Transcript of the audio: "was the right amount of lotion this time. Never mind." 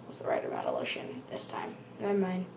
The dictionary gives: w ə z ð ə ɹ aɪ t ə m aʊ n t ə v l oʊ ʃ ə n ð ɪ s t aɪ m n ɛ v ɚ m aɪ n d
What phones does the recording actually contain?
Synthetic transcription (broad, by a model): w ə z ð ə ɹ aɪ t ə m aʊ t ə l oʊ ʃ ə n ð ɪ s t aɪ m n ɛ ɪ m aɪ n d